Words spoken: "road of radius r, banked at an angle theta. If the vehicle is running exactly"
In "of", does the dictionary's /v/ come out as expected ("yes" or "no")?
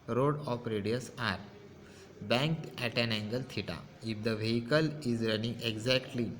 no